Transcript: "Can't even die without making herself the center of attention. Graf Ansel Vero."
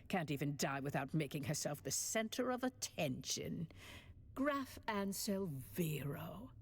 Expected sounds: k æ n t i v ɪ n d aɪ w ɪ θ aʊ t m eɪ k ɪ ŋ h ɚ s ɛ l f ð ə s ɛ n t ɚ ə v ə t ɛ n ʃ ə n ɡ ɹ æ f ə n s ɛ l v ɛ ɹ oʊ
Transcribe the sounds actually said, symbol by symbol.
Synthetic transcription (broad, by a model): k æ n t i v ɪ n d aɪ w ɪ θ aʊ t m eɪ k ɪ ŋ h ɚ s ɛ l f ð ə s ɛ n t ɚ ə v ə t ɛ n ʃ ə n ɡ ɹ æ f ə n s ɛ l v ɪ ɹ oʊ